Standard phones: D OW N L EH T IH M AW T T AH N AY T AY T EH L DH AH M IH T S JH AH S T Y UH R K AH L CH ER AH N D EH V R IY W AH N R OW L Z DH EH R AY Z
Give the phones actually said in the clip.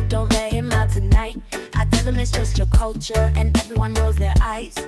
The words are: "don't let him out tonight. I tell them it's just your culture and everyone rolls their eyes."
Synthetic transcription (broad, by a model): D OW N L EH IH M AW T T AH N AY T AY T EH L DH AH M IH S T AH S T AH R K AH L CH ER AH N EH V R IY W AH N OW Z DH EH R AY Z